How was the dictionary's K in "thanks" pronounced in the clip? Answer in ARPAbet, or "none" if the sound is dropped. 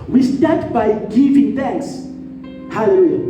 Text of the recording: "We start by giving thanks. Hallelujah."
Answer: K